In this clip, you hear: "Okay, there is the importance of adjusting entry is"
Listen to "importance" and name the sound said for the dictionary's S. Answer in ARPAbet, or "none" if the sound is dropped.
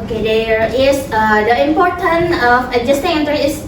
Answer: none